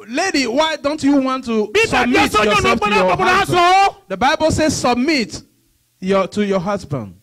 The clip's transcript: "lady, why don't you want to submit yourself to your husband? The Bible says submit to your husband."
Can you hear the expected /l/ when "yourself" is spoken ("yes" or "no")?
no